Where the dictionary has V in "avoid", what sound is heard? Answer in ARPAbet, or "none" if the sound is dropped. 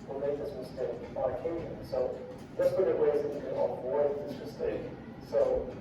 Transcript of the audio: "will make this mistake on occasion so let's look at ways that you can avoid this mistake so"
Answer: B